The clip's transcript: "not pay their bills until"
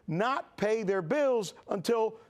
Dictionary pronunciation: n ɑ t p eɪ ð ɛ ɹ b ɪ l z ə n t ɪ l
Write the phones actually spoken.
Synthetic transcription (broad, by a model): n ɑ t p eɪ ð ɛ ɹ b ɪ l z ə n t ɪ l